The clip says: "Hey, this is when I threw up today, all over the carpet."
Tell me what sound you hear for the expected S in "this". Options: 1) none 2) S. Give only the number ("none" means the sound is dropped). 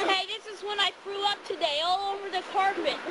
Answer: 2